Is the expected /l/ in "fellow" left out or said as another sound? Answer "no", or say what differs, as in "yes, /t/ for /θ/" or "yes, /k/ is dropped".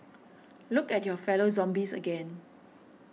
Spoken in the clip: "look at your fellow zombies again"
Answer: no